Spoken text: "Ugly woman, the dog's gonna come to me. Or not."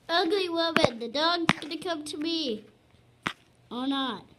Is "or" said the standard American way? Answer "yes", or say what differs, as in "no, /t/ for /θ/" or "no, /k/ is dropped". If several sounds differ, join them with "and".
no, /l/ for /ɹ/